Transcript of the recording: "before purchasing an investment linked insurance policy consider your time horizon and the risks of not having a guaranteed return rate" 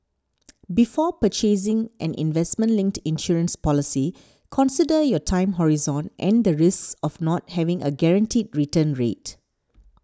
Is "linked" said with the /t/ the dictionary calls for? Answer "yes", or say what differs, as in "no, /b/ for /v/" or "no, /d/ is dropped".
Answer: yes